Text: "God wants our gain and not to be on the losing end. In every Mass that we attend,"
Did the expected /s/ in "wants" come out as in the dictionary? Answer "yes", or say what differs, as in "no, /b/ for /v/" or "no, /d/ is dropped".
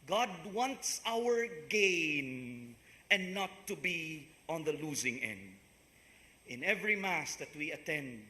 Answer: yes